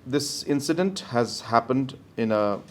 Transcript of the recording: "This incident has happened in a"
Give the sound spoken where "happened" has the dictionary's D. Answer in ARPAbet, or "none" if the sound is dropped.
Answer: D